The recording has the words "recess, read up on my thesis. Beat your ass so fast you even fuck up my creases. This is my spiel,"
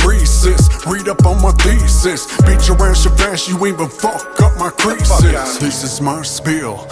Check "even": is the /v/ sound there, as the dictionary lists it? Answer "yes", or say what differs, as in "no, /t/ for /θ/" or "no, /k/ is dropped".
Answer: no, /v/ is dropped